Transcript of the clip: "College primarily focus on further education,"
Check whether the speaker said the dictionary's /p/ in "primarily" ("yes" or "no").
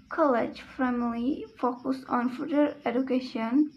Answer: no